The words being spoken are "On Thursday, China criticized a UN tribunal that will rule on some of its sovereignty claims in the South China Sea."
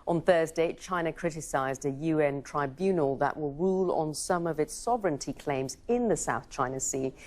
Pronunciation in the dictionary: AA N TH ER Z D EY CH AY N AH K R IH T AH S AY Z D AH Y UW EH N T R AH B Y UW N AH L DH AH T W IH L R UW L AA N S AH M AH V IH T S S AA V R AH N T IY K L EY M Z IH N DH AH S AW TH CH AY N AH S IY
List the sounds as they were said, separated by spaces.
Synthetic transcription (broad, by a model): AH N TH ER Z D EY CH AY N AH K R IH T AH S AY Z D AH Y UW EH N T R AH B Y UW N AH L DH AH T W IH L R UW L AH N S AH M AH V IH T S S AA V R AH N T IY K L EY M Z IH N DH AH S AW TH CH AY N AH S IY